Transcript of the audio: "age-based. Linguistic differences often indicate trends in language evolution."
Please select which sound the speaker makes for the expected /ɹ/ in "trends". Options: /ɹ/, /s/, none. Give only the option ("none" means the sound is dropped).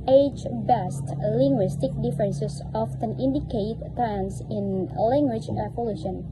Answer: none